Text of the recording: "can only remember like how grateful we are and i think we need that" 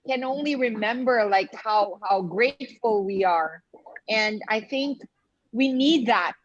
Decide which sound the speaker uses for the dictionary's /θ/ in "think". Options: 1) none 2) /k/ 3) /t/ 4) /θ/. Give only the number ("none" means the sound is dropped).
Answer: 4